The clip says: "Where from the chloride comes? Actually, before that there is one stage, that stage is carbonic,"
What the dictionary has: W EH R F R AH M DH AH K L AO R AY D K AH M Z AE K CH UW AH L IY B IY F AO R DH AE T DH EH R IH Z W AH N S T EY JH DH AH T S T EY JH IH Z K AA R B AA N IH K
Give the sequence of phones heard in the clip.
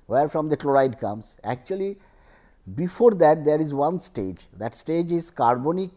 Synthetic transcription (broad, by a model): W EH R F R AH M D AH K L AO R AY D K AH M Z AE K CH UW AH L IY B IY F AO R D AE T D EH R IH Z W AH N S T EY JH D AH T S T EY JH IH Z K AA R B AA N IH K